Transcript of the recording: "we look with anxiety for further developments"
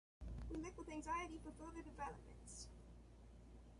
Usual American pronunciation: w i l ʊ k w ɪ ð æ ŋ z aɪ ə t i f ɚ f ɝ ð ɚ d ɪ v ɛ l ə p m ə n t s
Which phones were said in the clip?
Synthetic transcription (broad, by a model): w i l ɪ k w ɪ ð æ ŋ z aɪ ə t i f ɚ f ɝ ð ɚ d ɪ v ɛ l ə p m ə n t s